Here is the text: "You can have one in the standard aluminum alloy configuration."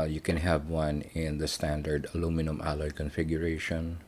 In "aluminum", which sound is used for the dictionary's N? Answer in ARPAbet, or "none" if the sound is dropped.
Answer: N